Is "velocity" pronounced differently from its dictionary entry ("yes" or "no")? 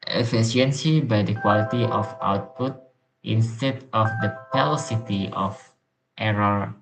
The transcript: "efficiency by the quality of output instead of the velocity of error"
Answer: yes